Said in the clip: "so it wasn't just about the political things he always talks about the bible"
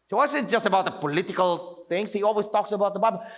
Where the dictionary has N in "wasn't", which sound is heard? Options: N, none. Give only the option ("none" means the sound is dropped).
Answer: none